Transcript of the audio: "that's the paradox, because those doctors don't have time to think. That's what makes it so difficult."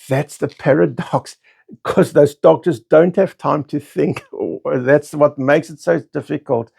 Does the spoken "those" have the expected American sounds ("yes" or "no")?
yes